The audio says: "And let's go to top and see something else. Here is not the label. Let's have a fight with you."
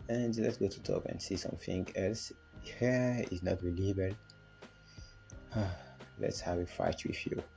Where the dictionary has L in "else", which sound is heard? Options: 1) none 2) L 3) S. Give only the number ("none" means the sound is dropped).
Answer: 2